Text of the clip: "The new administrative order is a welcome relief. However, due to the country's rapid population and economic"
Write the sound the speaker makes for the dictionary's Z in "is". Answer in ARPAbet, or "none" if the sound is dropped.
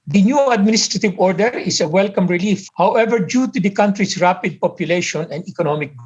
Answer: S